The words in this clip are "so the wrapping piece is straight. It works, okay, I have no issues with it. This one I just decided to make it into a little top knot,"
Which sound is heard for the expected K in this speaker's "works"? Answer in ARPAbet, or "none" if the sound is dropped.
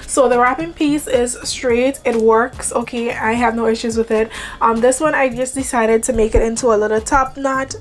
K